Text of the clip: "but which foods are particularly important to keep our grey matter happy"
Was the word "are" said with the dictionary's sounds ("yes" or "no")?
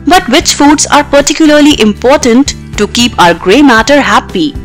yes